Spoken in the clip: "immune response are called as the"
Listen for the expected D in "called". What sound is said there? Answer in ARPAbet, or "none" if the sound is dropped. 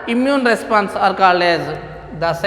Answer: none